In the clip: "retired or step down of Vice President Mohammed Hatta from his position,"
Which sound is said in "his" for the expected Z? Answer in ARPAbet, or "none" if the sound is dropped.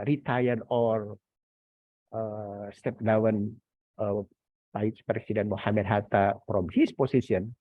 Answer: S